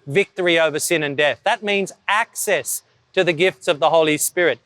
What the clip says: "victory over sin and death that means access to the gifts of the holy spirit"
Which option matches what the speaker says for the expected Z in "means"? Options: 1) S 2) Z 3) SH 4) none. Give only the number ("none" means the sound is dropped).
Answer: 2